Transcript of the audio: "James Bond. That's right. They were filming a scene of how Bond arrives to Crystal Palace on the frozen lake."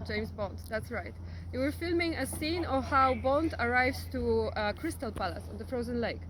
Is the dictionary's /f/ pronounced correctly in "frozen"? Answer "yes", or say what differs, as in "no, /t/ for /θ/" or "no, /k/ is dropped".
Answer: yes